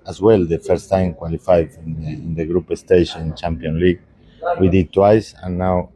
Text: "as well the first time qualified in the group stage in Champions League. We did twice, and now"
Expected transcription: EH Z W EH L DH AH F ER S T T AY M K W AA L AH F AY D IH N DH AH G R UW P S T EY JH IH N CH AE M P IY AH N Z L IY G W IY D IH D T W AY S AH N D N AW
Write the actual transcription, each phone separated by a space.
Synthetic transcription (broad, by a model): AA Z W EH L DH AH F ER S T T AY M K W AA L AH F AY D IH N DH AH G R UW P S T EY SH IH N CH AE M P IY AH N L IY G W IY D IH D T W AY S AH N N AW